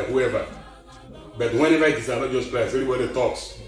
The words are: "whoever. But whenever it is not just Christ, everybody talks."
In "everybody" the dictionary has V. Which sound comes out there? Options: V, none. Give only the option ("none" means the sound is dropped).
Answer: none